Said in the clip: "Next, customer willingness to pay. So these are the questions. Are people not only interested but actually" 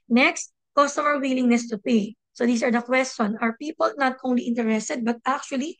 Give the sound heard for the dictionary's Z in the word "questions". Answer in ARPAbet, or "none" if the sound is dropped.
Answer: none